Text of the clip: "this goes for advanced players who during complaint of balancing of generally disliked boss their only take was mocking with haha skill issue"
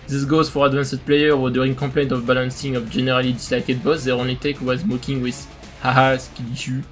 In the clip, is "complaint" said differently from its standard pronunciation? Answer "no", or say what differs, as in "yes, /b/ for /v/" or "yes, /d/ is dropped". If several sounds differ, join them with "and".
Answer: yes, /m/ is dropped